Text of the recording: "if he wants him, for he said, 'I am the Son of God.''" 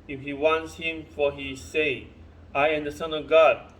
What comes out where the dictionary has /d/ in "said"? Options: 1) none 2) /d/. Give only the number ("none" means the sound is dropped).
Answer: 1